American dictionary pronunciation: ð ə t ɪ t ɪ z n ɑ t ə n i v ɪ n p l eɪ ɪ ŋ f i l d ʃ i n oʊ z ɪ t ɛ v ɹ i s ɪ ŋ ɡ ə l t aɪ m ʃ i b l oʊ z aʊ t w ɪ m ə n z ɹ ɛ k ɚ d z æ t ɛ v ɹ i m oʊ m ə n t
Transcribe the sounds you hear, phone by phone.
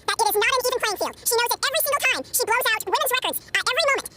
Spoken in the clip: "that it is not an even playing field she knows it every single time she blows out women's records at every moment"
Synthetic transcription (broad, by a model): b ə t ɪ t ɪ z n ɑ t ə n i v ɪ n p eɪ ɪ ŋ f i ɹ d ʃ i n oʊ z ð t ɛ v ɹ i s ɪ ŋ ɡ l t aɪ m ʃ i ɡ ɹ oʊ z aʊ t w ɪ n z ɹ ɛ k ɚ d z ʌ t ɛ v ɹ i m oʊ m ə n t